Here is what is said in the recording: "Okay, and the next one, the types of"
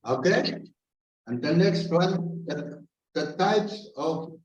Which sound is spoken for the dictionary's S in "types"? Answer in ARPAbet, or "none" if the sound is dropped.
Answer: S